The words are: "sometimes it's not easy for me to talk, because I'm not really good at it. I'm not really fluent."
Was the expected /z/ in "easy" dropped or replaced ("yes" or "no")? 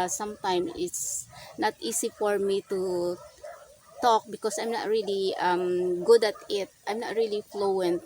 yes